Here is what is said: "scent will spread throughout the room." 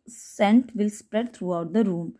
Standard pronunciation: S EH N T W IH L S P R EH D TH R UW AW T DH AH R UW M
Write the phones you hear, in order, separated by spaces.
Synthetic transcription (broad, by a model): S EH N T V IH L S P R EH D T R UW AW T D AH R UW M